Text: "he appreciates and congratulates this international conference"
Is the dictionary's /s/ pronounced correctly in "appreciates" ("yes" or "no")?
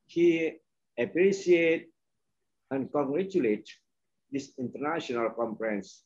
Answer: no